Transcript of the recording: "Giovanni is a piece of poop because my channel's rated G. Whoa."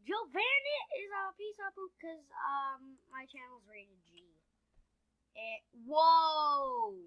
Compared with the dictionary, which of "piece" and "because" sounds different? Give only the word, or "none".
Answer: because